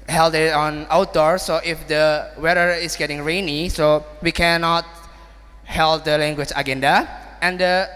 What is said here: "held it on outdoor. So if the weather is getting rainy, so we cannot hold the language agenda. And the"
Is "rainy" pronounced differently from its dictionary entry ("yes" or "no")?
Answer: no